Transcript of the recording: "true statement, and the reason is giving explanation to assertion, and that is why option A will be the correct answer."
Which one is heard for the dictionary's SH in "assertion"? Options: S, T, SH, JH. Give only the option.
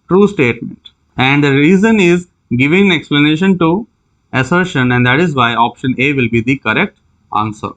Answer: SH